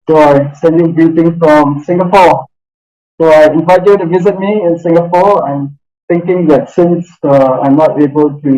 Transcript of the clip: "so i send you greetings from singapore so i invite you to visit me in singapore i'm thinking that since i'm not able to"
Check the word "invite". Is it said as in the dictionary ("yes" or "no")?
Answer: yes